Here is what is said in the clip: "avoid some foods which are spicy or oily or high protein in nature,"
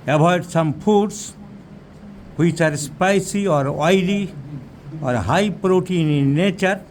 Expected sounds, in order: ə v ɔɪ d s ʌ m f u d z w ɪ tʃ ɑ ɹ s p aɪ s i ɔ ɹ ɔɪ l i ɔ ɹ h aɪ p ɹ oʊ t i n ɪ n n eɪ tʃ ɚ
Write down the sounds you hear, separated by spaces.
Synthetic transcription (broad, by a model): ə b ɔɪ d s ʌ m p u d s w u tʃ ɑ ɹ s p aɪ s i ɔ ɹ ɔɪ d i ɔ ɹ h aɪ p ɹ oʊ t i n n n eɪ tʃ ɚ